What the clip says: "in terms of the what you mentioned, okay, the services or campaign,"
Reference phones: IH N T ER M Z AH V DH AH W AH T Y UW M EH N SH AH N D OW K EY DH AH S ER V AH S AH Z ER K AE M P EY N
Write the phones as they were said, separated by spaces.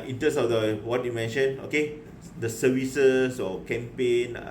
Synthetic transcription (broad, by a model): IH N T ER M S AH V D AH W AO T Y UW M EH N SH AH N OW K EY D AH S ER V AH S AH S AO K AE M P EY N